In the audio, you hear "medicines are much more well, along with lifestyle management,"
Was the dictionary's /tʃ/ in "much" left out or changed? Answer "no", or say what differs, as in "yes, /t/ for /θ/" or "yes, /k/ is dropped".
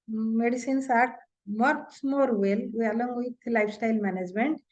yes, /s/ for /tʃ/